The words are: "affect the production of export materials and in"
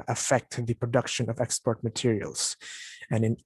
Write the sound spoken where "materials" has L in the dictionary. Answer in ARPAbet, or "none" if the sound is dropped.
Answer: L